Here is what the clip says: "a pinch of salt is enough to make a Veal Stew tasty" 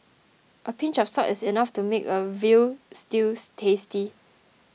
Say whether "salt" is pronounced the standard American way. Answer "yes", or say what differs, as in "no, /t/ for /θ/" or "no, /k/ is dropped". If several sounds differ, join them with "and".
no, /l/ is dropped